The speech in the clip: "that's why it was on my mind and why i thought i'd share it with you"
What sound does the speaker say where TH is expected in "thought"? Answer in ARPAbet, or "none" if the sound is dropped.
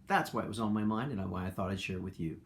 TH